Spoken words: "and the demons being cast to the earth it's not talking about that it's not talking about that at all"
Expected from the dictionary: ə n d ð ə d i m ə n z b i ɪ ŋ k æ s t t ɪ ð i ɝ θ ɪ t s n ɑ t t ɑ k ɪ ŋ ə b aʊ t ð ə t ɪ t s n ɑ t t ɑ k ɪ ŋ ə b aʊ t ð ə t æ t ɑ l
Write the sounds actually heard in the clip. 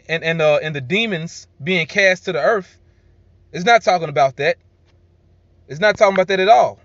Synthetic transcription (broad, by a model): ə n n ð ə d i m ə n z b i ɪ ŋ k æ s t t ɪ ð i ɝ θ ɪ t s n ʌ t t ɑ k ɪ ŋ ə b aʊ t ð ə t ɪ t s n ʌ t t ɑ k ɪ ŋ ə b aʊ t ð ə t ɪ t ɑ l